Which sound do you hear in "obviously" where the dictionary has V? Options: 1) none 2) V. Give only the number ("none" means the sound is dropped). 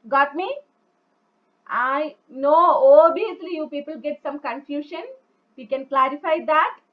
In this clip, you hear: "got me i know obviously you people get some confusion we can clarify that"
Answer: 1